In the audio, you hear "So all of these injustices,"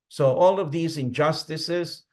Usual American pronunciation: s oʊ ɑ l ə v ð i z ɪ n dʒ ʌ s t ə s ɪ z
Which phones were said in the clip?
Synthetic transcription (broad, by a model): s oʊ ɑ l ə v ð i z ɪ n dʒ ʌ s t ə s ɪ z